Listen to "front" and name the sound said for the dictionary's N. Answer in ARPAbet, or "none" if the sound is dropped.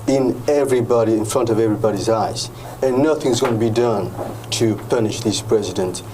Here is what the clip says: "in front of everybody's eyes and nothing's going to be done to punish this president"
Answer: N